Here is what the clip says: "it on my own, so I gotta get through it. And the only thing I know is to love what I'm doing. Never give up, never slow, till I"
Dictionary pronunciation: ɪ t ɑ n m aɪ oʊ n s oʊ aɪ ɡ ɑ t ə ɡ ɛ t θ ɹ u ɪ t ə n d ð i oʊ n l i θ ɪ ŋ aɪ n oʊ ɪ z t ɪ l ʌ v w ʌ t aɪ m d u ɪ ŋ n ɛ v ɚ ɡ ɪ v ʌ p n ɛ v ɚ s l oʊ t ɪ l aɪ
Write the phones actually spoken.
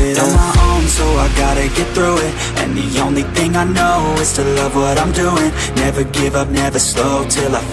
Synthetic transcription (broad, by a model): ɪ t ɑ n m aɪ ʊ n s oʊ aɪ ɡ ɑ t ə ɡ ɛ t θ ɹ u ɪ t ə n ð i oʊ n l i θ ɪ ŋ aɪ n oʊ ɪ z t ɪ l ʌ v w ʌ t aɪ m d u ɪ ŋ n ɛ v ɚ ɡ ɪ v ʌ p n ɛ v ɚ s l oʊ t ɪ l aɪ